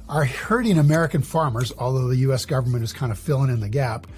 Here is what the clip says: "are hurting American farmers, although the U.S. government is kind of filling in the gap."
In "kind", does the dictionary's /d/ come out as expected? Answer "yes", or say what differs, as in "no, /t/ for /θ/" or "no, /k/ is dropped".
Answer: yes